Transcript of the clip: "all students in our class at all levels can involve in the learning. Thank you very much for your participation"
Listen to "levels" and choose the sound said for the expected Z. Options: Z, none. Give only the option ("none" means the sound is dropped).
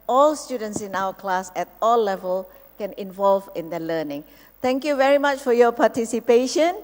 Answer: none